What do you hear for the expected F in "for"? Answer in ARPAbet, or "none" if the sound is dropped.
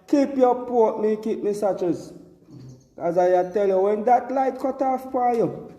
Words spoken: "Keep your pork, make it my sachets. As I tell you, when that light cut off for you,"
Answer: P